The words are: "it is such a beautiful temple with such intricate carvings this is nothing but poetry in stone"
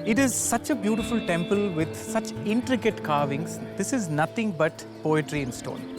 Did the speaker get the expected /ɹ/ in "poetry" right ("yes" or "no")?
yes